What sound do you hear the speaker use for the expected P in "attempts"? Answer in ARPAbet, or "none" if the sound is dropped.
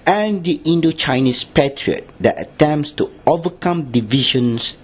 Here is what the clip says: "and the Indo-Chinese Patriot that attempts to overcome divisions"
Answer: P